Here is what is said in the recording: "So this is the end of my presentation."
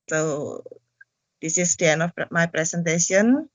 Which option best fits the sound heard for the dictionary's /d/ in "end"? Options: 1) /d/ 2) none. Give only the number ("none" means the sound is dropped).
2